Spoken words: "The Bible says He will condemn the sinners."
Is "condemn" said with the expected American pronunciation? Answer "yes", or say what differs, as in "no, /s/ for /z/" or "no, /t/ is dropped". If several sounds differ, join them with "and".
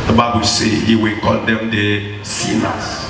no, /l/ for /n/